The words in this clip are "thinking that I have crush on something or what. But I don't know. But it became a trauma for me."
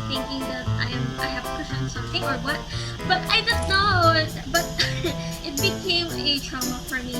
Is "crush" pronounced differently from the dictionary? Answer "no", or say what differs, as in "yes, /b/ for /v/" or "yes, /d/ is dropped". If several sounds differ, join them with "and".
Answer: yes, /ɹ/ is dropped